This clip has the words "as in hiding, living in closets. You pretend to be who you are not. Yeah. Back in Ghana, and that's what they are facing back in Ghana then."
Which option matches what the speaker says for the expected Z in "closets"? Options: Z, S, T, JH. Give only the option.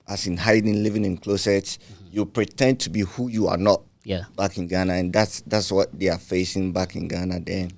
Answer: S